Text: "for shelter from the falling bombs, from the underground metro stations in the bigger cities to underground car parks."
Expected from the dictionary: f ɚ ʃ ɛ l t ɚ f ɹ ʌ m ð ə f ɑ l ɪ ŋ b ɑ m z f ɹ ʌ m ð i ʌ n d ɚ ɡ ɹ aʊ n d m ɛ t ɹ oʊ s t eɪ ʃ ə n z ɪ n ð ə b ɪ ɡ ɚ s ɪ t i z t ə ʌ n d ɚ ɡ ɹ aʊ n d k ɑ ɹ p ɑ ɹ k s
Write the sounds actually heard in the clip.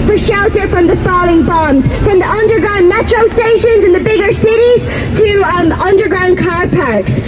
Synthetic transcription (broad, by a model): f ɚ ʃ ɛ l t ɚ f ɹ ʌ m ð ə f ɑ l ɪ ŋ b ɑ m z f ɹ ʌ m ð i ʌ n d ɚ ɡ ɹ aʊ n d m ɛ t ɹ oʊ s t eɪ ʃ ə n z ɪ n ð ə b ɪ ɡ ɚ s ɪ t i z t ə ʌ n d ɚ ɡ ɹ aʊ n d k ɑ ɹ p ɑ ɹ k s